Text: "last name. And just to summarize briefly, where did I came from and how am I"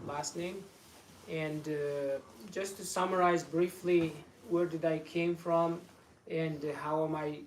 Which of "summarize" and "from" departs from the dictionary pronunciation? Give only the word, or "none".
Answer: none